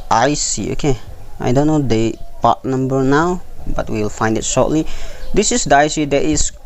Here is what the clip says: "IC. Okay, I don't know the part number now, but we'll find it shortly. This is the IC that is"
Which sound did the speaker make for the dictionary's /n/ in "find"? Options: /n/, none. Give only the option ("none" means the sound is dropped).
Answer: /n/